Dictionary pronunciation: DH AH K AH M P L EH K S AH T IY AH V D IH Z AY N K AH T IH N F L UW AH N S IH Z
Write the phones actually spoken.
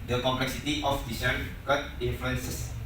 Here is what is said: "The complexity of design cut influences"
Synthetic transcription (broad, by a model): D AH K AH M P L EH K S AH T IY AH F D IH S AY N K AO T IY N F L UW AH N S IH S